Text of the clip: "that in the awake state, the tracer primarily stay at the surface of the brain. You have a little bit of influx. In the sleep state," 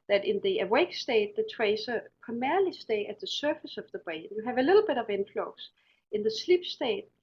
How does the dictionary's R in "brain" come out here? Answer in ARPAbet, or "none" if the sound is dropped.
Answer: none